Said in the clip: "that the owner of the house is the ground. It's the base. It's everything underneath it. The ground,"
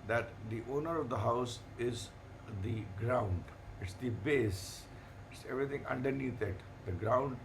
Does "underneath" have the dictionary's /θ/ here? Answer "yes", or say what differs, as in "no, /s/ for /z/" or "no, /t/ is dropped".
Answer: no, /t/ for /θ/